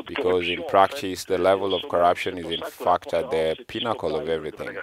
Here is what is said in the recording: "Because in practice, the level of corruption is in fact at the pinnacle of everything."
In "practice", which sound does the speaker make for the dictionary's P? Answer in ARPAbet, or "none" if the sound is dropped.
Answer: P